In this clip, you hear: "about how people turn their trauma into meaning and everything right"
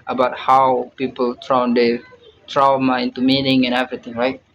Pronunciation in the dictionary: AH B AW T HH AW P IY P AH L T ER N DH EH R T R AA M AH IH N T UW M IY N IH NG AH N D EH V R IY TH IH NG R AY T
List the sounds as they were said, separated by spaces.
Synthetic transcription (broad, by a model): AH B AW T HH AW P IY P AH L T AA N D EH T R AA M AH IH N T UW M IY N IH NG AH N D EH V R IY T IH NG R AY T